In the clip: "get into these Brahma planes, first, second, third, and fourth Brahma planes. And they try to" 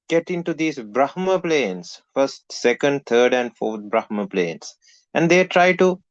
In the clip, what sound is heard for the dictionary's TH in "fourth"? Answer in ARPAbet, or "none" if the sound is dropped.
T